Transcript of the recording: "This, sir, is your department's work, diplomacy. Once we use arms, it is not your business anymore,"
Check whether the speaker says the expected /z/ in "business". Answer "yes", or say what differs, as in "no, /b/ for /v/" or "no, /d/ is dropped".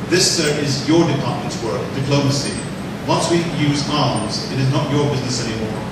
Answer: yes